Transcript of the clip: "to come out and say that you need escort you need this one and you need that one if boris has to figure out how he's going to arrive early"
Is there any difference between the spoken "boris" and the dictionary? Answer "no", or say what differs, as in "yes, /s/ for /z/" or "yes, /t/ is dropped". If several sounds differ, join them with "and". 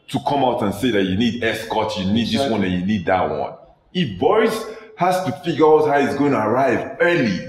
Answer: yes, /ɹ/ is dropped